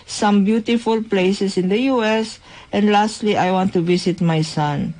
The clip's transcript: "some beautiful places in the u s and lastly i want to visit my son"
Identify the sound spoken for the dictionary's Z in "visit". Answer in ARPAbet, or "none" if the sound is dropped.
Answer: S